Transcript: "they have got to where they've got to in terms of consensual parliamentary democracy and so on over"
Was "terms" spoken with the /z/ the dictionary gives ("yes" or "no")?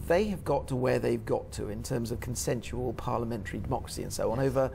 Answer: yes